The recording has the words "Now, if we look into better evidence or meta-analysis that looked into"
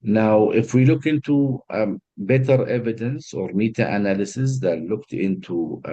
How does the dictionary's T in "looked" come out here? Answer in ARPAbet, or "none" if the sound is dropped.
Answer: T